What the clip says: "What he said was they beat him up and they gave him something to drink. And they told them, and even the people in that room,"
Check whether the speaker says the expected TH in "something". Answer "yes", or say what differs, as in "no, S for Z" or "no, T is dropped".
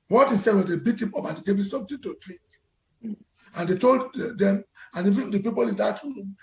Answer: no, T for TH